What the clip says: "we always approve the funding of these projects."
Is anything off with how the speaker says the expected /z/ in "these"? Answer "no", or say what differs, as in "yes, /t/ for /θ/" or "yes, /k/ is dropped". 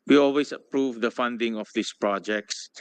yes, /s/ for /z/